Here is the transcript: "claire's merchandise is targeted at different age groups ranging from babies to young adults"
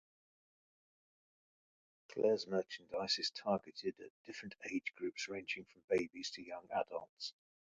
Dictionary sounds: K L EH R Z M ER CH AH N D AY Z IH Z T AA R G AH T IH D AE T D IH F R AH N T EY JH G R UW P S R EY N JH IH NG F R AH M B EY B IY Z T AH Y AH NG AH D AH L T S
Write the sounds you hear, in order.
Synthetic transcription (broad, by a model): K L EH Z M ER CH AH N D AY S IH Z T AA G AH T IH D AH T D IH F R AH N T EY JH G R UW P S R EY N JH IH NG F R AH M B EY B IY Z T AH Y AH NG AH D AH L T S